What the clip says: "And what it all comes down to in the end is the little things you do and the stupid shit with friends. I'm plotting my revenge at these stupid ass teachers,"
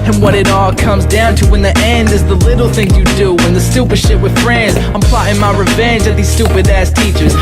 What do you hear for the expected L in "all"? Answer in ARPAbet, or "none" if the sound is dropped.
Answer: L